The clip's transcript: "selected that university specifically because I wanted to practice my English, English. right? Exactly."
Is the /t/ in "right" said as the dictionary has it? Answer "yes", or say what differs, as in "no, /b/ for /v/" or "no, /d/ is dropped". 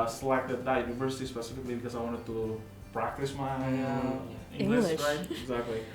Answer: no, /t/ is dropped